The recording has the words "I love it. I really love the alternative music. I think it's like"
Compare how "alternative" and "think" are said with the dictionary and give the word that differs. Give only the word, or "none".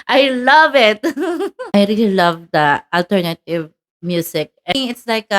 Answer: think